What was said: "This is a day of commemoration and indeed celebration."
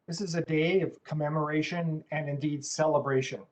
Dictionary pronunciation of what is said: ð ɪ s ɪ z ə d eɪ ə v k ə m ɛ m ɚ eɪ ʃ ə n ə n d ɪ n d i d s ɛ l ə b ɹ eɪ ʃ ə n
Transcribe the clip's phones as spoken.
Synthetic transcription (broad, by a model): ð ɪ s ɪ z ə d eɪ ə v k ə m ɛ m ɚ eɪ ʃ ə n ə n ɪ n d i d s ɛ l ə b ɹ eɪ ʃ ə n